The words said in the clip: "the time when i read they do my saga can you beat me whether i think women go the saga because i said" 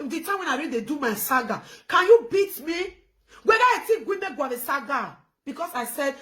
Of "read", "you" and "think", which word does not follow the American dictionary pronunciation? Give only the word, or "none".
think